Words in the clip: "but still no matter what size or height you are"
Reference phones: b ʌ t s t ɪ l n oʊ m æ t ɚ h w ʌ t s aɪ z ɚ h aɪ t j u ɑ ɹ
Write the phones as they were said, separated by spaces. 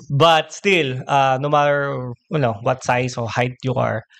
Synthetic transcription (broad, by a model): b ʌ t s t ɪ l n oʊ m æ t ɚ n w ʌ t s aɪ s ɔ h aɪ t j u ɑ ɹ